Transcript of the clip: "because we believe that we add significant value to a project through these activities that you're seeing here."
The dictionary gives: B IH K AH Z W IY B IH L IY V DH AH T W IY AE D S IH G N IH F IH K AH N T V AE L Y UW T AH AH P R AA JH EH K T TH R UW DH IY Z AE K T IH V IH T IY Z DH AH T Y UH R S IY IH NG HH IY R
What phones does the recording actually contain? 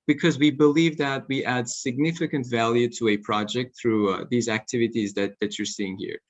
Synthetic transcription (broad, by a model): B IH K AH Z W IY B IH L IY V DH AH T W IY AE D S IH G N IH F IH K AH N T V AE L Y UW T AH AH P R AA JH EH K T TH R UW DH IY Z AE K T IH V IH T IY Z DH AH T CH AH R S IY IH NG HH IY R